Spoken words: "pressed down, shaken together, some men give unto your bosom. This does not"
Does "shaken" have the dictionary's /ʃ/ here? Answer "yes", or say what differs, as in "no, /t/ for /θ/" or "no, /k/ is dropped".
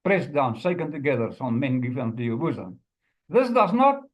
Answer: no, /s/ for /ʃ/